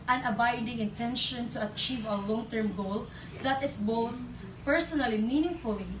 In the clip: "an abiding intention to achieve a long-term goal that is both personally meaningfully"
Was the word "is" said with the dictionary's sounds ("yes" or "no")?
no